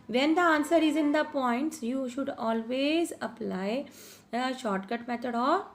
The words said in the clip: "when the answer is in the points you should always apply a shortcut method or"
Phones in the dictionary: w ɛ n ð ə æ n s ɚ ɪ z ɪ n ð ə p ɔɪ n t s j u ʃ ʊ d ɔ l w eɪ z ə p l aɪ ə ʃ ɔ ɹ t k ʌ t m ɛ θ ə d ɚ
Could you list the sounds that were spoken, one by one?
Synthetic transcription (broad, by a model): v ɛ n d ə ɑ n s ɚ ɪ z ɪ n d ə p ɔɪ n t s j u ʃ ʊ d ɔ l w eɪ z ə p l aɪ ə ʃ ɔ ɹ t k ʌ t m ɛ t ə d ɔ